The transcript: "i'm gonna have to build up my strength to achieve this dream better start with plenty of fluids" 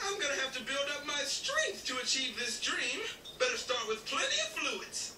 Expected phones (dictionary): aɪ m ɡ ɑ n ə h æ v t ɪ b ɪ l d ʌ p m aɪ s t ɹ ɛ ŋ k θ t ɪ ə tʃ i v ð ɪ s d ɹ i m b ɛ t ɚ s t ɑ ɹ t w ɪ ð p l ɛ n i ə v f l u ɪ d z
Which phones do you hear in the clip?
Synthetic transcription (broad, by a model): aɪ m ɡ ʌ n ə h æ f t ɪ b ɪ l d ʌ p m aɪ s t ɹ ɛ ŋ k θ t ɪ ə tʃ i v ð ɪ s d ɹ i m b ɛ t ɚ s t ɑ ɹ t w ɪ ð p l ɛ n i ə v f l u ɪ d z